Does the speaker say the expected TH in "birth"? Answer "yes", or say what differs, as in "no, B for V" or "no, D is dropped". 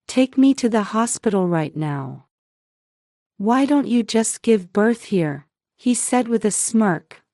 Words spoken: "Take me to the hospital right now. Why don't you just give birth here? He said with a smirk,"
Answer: yes